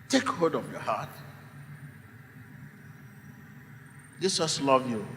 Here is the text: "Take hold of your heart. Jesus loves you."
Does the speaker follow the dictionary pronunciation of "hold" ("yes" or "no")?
no